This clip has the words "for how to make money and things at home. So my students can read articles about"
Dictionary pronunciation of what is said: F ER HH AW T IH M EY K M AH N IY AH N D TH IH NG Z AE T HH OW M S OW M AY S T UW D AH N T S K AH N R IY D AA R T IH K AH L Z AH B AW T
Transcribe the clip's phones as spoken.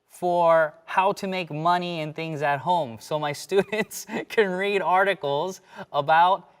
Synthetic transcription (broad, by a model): F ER HH AW T IH M EY K M AH N IY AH N TH IH NG Z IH T HH OW M S OW M AY S T UW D N T S K AH N R IY D AA R T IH K L Z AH B AW T